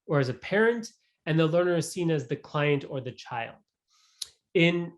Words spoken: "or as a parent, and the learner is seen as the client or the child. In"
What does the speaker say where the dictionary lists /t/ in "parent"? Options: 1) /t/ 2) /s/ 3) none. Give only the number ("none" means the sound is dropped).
1